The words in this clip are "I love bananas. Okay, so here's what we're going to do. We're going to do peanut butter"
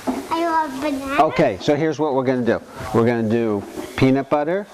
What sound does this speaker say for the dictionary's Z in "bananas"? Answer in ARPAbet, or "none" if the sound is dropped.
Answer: none